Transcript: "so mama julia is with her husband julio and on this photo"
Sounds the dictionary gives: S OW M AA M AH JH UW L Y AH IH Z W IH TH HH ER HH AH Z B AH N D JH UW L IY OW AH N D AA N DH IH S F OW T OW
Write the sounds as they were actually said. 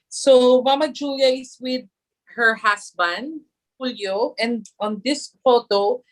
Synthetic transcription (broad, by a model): S OW M AA M AH JH UW L Y AH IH S W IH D HH ER HH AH S B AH N D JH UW L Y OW AH N D AA N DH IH S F OW T OW